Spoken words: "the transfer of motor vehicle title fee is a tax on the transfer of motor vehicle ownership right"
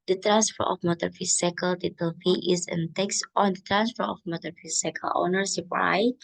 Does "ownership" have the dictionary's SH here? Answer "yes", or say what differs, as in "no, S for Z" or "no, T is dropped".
no, S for SH